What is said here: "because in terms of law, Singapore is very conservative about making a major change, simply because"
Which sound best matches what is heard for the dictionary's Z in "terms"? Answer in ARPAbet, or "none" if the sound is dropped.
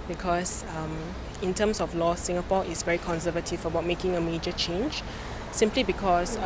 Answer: S